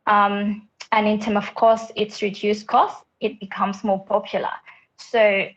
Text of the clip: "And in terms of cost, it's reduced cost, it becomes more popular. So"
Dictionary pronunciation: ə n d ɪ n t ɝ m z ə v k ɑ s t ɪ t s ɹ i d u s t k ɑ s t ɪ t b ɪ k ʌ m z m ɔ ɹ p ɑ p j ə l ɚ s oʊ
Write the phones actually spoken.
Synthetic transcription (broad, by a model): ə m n ɪ n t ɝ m ə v k ɑ s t ɪ t s ɹ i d u s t k ɑ s t ɪ t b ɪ k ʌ m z m ɔ p ɑ p j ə l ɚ s oʊ